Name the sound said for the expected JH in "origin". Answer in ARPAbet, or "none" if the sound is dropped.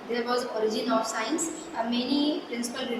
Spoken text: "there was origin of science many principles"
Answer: JH